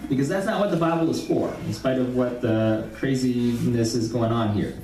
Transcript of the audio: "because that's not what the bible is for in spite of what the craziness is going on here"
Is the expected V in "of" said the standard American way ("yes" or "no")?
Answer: yes